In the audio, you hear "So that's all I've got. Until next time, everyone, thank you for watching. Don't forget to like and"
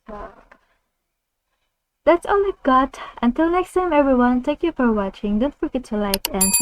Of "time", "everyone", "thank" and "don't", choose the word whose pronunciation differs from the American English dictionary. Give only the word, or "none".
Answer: thank